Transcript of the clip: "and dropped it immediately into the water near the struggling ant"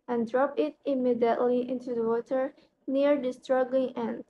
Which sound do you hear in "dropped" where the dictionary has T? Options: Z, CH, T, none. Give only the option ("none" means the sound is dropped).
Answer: none